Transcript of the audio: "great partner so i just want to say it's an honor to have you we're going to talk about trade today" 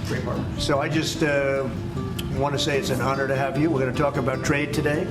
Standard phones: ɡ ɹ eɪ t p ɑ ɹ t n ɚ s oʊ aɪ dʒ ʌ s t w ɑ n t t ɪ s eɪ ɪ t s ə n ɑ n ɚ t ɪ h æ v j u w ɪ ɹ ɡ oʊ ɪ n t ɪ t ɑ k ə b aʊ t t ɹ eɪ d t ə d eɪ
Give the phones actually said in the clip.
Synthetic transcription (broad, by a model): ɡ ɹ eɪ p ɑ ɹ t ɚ s oʊ aɪ dʒ ʌ s t w ɑ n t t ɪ s eɪ ɪ t s ə n ɑ n ɚ t ɪ h æ v j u w ɪ ɹ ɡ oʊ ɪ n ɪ t ɑ k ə b aʊ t t ɹ eɪ d t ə d eɪ